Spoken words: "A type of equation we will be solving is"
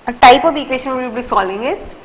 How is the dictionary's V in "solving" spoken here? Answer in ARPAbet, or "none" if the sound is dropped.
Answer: none